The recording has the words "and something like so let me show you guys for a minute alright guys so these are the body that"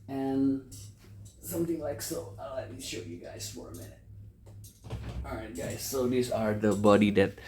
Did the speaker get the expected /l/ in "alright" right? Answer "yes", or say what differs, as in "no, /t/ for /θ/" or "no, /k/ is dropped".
no, /l/ is dropped